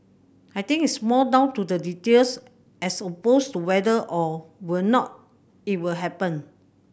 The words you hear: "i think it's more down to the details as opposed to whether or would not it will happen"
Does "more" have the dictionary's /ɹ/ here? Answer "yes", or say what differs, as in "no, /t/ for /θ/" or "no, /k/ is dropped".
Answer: no, /l/ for /ɹ/